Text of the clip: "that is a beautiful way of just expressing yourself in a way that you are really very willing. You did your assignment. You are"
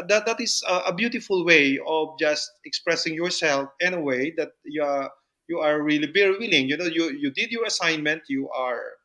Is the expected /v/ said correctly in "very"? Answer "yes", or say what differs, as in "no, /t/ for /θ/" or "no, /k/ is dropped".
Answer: no, /b/ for /v/